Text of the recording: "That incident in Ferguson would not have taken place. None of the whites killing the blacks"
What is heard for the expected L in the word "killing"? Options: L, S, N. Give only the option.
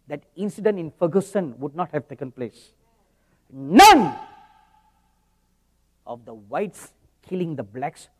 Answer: L